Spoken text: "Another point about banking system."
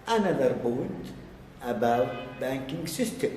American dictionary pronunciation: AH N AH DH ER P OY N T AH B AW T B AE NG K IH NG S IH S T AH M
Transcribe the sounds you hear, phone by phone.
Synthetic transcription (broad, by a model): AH N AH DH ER B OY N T AH B AW T B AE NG K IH NG S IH S T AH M